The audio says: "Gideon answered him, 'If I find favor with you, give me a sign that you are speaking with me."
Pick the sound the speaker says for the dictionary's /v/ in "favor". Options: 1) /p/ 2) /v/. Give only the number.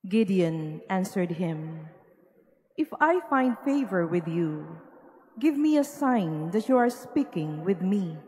2